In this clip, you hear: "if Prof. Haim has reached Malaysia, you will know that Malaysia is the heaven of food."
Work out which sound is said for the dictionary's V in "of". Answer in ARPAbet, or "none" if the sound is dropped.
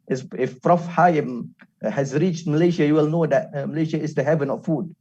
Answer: F